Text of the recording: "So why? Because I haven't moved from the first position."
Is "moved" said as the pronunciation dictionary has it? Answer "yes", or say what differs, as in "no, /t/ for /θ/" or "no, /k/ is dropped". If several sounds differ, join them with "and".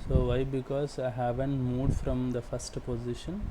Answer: no, /v/ is dropped